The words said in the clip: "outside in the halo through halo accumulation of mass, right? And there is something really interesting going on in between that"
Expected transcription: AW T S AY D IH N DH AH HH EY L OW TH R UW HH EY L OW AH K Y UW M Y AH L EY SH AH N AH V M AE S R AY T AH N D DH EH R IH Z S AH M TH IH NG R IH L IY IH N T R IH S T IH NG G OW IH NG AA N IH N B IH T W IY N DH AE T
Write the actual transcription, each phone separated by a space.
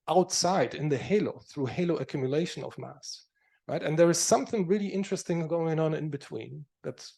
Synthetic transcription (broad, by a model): AW T S AY D IH N DH AH HH EY L OW TH R UW HH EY L OW AH K Y UW M Y AH L EY SH AH N AH V M AE S R AY T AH N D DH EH R IH Z S AH M TH IH NG R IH L IY IH N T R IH S T IH NG G OW IH NG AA N IH N B IH T W IY N DH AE T